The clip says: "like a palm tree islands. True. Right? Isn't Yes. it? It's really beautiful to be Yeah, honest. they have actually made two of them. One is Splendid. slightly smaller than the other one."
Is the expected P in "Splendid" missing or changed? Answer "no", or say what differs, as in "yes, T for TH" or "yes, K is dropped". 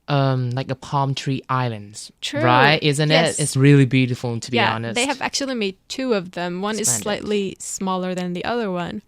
yes, P is dropped